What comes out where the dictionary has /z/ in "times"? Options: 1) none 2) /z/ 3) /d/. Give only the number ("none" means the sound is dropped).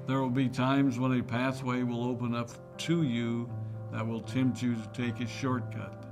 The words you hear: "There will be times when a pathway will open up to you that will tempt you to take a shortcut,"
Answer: 2